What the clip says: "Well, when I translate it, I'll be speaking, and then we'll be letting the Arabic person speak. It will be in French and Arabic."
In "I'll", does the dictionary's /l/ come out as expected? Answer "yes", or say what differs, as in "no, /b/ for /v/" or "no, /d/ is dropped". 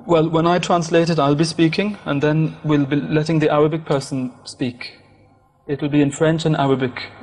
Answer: yes